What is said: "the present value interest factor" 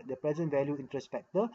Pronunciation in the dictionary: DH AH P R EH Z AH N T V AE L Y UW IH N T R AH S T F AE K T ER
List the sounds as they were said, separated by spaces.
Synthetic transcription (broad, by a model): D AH P R EH Z AH N T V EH L Y UW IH N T R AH S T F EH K T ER